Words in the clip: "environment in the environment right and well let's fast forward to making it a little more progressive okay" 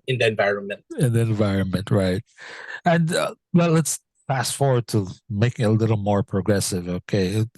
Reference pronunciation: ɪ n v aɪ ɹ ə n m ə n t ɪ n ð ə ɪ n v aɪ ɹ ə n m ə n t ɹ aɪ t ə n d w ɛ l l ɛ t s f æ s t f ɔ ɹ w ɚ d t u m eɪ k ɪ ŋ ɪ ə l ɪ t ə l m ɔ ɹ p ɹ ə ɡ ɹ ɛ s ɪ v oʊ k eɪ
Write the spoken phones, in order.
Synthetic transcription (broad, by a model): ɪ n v aɪ ɹ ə n m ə n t ɪ n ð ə ɪ n v aɪ ɹ ə n m ə n t ɹ aɪ t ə n d w ɛ l l ɛ t s p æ s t f ɔ ɹ w ɚ d t u m eɪ k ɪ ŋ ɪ ə l ɪ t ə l m ɔ ɹ p ɹ ə ɡ ɹ ɛ s ɪ v oʊ k eɪ